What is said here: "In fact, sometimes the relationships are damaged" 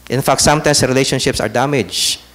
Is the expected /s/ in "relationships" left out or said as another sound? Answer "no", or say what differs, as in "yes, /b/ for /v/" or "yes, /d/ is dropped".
no